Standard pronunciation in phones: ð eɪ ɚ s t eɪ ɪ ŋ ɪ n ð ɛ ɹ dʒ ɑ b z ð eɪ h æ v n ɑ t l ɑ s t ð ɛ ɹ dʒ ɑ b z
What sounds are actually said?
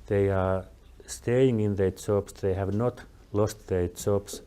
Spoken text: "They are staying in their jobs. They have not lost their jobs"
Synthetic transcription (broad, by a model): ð eɪ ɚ s t eɪ ɪ ŋ ɪ n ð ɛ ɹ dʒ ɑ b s ð eɪ h æ v n ɑ t l ɑ s t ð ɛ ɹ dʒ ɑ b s